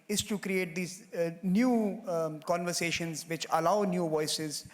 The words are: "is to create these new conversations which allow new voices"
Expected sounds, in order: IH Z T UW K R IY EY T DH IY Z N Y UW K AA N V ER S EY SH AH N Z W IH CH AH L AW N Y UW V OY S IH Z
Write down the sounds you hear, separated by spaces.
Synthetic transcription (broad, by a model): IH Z T UW K R IY EY T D IY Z N Y UW K AA N V ER S EY SH AH N Z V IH CH AH L AW N Y UW V OY S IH Z